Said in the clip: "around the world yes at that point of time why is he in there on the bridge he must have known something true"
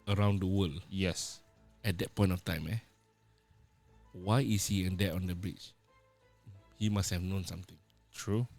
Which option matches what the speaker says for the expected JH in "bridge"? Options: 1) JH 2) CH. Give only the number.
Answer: 2